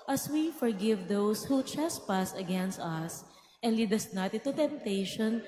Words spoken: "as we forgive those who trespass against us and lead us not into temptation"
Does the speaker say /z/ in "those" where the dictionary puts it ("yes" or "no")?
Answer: no